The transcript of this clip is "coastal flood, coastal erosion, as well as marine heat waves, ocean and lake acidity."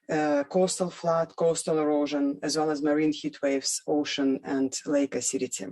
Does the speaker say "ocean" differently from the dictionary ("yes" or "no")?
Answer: no